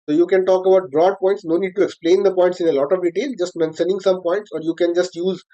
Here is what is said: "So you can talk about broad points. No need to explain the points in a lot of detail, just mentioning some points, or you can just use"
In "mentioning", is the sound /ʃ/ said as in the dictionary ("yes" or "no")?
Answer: no